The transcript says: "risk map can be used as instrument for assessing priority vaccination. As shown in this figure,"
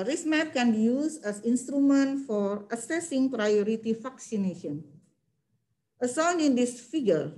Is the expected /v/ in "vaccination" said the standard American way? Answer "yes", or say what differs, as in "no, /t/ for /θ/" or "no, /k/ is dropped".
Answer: no, /f/ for /v/